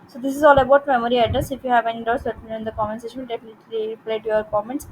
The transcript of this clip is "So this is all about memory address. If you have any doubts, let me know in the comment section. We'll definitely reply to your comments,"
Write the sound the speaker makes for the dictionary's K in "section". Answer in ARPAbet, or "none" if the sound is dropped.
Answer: none